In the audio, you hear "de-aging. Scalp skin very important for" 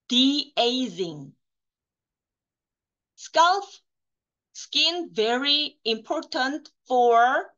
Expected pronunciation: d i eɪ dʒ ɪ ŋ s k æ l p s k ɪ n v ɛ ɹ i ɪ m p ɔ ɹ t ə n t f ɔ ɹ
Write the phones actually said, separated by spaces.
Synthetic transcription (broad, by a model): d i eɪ z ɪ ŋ s k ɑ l f s k ɪ n v ɛ ɹ i ɪ m p ɔ ɹ t ə n t f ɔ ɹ